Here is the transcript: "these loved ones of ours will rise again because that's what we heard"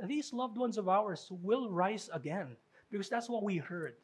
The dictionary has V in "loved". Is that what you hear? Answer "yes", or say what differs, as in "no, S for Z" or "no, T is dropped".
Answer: yes